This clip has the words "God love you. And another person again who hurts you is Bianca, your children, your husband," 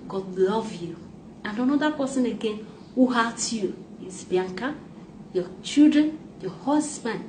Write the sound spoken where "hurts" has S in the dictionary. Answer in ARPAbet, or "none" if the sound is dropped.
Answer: none